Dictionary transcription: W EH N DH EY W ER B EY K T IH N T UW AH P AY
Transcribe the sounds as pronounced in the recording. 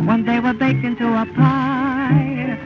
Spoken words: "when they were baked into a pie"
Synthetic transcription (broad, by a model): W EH N DH EY W ER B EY K IH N T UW AH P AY